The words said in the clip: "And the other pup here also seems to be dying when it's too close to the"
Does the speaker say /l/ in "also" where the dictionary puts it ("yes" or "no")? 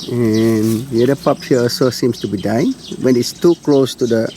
no